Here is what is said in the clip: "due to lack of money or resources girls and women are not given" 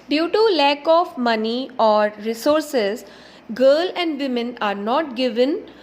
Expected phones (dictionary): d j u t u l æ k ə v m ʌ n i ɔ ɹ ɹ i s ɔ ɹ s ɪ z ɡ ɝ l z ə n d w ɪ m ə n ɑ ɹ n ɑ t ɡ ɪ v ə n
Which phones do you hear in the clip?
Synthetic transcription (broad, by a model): d j u t u l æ k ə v m ʌ n i ɔ ɹ ɹ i s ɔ ɹ s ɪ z ɡ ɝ l ə n d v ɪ m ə n ɑ ɹ n ɑ t ɡ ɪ v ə n